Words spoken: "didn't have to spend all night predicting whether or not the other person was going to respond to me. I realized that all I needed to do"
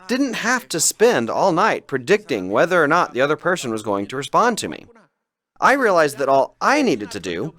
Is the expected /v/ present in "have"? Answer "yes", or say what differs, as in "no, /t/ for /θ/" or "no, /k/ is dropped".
no, /f/ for /v/